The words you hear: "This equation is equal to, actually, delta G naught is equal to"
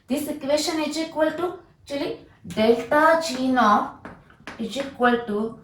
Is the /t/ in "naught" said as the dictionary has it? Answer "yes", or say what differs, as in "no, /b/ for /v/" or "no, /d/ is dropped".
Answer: no, /t/ is dropped